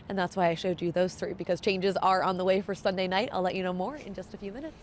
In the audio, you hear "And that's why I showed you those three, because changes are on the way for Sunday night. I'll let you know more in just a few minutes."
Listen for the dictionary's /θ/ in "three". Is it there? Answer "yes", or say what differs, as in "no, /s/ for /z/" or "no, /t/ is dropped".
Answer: yes